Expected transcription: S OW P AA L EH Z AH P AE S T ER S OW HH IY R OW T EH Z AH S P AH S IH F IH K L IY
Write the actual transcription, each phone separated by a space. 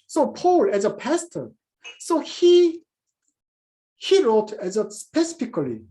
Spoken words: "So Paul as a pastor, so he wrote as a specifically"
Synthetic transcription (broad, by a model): S OW P AA L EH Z AH P AE S T ER S OW HH IY R OW T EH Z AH S P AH S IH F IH K L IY